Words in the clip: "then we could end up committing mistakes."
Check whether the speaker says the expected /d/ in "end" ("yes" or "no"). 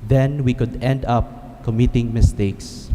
yes